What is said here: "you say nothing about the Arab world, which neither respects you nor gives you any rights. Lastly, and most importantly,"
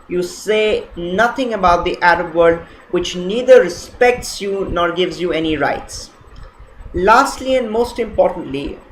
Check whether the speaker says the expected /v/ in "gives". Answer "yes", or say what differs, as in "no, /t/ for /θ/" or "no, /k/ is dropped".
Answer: yes